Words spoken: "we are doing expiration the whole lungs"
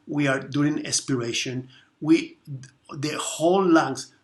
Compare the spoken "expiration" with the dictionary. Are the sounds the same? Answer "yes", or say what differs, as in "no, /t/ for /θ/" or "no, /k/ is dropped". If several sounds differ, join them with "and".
no, /k/ is dropped